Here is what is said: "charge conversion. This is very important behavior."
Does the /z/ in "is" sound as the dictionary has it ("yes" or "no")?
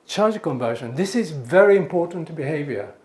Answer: yes